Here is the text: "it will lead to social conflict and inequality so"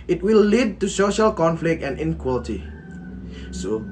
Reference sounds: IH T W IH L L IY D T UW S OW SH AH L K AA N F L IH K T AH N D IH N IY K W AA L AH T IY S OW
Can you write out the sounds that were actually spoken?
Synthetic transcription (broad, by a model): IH T W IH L L IY D T UW S OW SH AH L K AA N F L IH K T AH N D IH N K W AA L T IY S OW